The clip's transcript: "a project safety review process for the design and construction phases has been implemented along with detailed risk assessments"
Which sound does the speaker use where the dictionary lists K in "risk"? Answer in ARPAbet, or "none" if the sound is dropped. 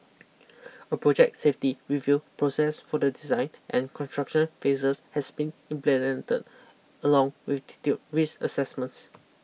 none